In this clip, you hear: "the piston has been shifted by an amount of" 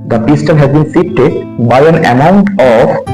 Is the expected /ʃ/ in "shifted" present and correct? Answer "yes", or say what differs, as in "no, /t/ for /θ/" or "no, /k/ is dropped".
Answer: no, /s/ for /ʃ/